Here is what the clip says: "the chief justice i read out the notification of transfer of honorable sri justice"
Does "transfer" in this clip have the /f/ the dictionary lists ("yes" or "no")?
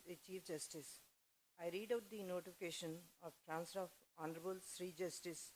no